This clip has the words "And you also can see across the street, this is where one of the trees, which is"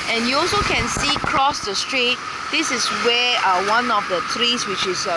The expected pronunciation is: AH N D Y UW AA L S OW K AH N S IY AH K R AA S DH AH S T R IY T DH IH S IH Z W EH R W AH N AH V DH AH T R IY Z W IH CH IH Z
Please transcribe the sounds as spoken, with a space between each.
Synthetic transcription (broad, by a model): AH N Y UW AA L S OW K AH N S IY K R AA S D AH S T R IY T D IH S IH S W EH W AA N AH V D AH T R IY S W IH CH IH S